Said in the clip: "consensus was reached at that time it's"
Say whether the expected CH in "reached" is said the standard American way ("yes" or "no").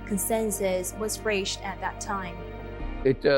no